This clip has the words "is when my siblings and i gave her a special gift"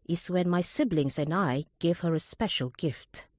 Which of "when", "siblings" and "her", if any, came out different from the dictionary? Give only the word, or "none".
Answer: none